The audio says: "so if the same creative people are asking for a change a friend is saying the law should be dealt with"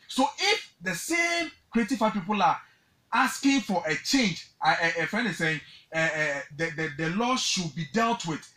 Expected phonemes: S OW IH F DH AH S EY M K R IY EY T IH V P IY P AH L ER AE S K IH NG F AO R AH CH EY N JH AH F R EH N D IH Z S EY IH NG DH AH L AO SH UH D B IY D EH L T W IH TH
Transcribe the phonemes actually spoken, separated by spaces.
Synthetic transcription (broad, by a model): S OW IH F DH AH S EY M K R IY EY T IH F P IY P AH L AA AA S K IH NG F AO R AH CH EY N JH AH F EH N IH S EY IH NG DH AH L AO SH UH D B IY D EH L T W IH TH